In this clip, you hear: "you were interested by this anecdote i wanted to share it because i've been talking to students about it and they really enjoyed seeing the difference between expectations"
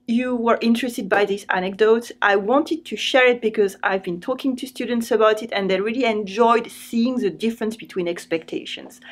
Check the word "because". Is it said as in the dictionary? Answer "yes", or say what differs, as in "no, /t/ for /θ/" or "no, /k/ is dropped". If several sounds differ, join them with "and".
yes